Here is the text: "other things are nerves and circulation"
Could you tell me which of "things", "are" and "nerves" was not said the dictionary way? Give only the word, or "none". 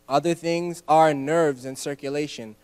none